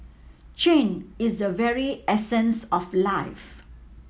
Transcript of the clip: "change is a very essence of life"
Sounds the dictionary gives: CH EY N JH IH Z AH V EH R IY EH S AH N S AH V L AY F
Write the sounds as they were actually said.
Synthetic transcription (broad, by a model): CH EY N IH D AH V EH R IY EH S AH N S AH F L AY F